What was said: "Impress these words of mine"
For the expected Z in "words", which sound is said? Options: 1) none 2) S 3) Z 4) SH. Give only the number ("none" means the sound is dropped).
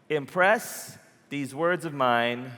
3